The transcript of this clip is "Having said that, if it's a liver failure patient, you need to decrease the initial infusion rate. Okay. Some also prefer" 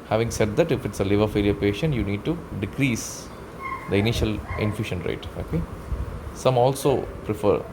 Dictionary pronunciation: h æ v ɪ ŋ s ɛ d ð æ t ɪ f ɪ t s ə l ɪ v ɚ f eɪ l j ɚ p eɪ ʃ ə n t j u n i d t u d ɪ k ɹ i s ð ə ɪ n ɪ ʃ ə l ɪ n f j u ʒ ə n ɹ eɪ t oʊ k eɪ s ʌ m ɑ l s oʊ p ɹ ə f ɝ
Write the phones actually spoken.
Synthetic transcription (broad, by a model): h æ v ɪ ŋ s ɛ d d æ t ɪ f ɪ t s ə l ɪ v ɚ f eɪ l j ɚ p eɪ ʃ ə n t j u n i d t u d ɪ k ɹ i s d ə ɪ n ɪ ʃ ə l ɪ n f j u ʃ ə n ɹ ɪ t oʊ k eɪ s ʌ m ɑ l s oʊ p ɹ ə f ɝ